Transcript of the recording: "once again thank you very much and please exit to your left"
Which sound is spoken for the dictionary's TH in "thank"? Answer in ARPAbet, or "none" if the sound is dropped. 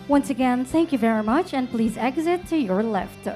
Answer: TH